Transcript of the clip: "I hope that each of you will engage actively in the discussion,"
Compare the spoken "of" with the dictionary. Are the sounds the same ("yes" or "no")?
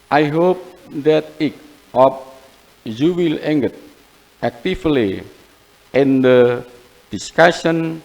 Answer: no